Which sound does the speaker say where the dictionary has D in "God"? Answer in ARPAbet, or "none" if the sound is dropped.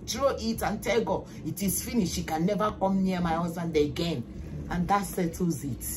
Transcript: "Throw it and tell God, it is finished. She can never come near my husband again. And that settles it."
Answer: none